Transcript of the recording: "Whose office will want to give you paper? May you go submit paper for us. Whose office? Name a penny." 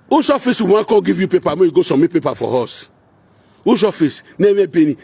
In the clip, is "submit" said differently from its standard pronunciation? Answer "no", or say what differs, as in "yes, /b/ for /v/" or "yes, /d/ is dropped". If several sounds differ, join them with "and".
yes, /b/ is dropped